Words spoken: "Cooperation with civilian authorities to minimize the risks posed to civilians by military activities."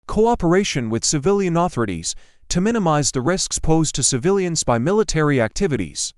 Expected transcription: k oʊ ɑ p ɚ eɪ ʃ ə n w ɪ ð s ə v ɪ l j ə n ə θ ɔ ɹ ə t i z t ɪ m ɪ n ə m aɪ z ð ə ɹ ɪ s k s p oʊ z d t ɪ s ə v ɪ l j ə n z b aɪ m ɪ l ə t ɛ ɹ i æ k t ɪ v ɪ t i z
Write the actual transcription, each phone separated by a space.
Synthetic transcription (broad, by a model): k oʊ ɑ p ɚ eɪ ʃ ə n w ɪ ð s ə v ɪ l j ə n ə θ ɔ ɹ ə t i z t ɪ m ɪ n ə m aɪ z ð ə ɹ ɪ s k s p oʊ z t ɪ s ə v ɪ l j ə n z b aɪ m ɪ l ə t ɛ ɹ i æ k t ɪ v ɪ t i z